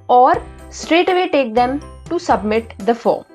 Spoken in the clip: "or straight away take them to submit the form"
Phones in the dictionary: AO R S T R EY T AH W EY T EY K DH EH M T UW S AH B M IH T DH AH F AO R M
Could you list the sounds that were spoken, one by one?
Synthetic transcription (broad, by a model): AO R S T R EY T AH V EY T EY K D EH M T UW S AH B M IH T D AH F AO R M